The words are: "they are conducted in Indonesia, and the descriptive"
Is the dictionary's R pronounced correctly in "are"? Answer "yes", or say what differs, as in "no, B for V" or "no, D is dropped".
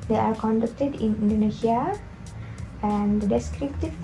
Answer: yes